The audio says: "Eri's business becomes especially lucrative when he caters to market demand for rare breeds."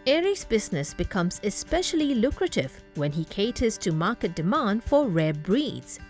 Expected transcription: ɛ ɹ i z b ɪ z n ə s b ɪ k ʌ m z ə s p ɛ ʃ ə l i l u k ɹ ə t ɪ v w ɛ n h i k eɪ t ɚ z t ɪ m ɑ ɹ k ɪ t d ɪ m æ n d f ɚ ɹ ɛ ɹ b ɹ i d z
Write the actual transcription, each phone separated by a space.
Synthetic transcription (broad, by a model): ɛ ɹ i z b ɪ z n ə s b ɪ k ʌ m z ə s p ɛ ʃ ə l i l u k ɹ ə t ɪ v w ɛ n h i k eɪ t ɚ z t ɪ m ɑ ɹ k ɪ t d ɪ m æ n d f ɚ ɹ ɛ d b ɹ i d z